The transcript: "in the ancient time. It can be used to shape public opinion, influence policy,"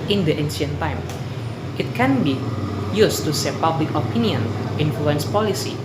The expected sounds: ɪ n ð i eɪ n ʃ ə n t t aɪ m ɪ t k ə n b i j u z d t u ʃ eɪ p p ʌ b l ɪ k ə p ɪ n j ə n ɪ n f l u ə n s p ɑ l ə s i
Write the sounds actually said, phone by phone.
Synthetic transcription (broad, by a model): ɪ n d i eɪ n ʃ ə n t t aɪ m ɪ t k ə n b i j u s t u s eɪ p p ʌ b l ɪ k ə p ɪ n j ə n ɪ n f l u ə n s p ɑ l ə s i